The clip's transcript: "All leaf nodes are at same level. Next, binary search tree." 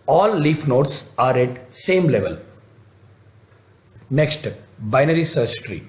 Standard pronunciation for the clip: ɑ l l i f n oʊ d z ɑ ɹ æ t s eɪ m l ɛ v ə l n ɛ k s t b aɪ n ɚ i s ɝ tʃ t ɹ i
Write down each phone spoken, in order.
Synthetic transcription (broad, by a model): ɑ l l i f n oʊ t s ɑ ɹ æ t s eɪ m l ɛ v ə l n ɛ k s t b aɪ n ɚ i s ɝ s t ɹ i